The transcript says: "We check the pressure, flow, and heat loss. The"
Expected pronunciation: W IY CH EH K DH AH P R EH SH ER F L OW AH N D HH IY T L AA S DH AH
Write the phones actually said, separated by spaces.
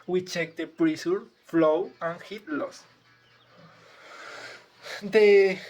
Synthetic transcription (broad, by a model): W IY CH EH K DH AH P R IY S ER F L OW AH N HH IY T L AA S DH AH